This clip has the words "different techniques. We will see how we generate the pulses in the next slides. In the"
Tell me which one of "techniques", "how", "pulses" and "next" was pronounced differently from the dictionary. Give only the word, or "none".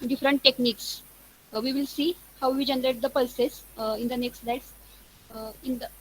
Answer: pulses